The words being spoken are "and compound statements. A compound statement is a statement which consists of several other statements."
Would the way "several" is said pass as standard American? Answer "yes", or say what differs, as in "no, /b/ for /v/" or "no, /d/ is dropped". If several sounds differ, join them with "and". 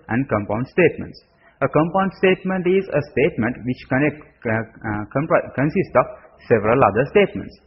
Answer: yes